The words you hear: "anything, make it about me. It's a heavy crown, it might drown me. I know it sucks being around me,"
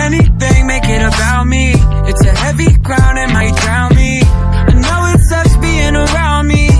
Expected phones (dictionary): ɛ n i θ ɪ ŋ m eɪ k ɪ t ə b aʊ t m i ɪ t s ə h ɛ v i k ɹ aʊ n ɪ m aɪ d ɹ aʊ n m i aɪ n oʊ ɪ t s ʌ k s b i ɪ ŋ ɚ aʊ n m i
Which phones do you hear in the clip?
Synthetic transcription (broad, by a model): ɛ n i θ ɪ ŋ m eɪ k ɪ t ə b aʊ t m i ɪ t s ə h ɛ v i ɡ ɹ aʊ n ɪ m aɪ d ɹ aʊ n m i aɪ n oʊ ɪ t s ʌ s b i ɪ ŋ ɚ aʊ n m i